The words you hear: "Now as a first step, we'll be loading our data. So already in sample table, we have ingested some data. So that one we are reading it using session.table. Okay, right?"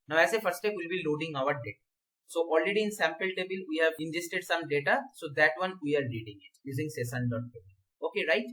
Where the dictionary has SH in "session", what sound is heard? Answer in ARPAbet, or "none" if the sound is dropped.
S